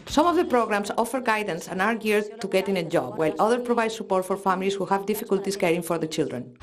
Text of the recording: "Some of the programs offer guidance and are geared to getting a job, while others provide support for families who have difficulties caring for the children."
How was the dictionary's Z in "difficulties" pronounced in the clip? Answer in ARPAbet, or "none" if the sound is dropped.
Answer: S